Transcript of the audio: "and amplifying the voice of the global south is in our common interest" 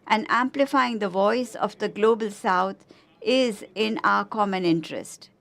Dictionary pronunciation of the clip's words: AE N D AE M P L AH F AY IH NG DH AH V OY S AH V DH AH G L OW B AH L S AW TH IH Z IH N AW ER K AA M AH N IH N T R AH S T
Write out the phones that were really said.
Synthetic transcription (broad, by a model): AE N D AE M P L AH F AY IH NG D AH V OY S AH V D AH G L OW B AH L S AW T IH Z IH N AW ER K AA M AH N IH N T R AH S T